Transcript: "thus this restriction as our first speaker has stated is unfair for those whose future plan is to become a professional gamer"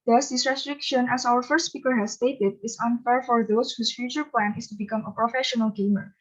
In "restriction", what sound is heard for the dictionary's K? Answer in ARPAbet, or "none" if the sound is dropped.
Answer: K